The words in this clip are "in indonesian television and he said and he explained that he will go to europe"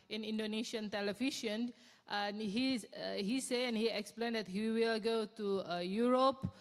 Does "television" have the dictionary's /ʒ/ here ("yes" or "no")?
no